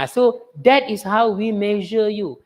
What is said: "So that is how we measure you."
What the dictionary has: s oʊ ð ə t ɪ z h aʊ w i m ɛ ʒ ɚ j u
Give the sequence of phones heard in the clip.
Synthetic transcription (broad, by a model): s oʊ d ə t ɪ s h aʊ w i m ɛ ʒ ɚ j u